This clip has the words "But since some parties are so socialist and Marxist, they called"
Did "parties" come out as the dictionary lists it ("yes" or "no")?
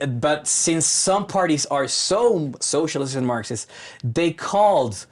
yes